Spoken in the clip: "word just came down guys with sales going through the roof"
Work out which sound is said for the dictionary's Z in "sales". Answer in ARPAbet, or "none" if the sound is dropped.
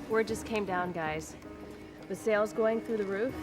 Z